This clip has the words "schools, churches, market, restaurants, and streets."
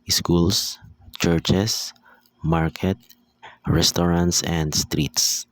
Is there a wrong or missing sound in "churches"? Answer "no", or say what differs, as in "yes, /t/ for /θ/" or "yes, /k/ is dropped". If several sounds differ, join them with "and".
yes, /s/ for /z/